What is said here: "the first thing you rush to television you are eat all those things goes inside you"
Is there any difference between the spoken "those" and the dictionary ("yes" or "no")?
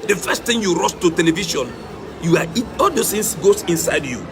yes